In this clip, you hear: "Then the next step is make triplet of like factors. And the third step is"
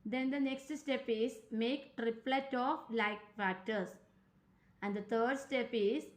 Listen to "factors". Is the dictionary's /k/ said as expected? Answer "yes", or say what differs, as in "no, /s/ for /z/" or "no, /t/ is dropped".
no, /k/ is dropped